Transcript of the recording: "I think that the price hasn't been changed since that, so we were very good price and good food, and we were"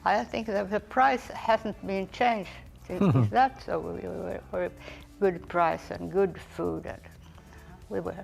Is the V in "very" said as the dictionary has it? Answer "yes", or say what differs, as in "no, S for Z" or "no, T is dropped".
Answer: no, W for V